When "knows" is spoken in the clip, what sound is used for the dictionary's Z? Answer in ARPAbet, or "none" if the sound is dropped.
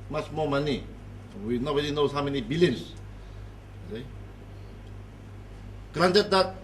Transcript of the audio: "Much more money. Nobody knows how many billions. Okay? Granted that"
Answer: none